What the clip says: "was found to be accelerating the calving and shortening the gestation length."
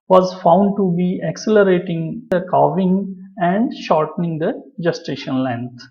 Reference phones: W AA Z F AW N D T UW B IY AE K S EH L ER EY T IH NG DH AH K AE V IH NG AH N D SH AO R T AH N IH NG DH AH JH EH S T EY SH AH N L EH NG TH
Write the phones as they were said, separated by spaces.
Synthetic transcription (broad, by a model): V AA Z F AW N D T UW B IY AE K S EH L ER EY T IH NG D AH K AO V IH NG AH N D SH AO R T AH N IH NG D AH JH EH S T EY SH AH N L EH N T